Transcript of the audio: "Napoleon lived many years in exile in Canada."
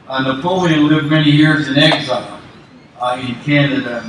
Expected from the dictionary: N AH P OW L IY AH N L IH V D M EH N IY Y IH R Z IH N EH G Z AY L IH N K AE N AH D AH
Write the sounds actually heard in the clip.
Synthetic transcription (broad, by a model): N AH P OW L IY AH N L IH V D M EH N IY Y IH R Z IH N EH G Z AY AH IH N K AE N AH D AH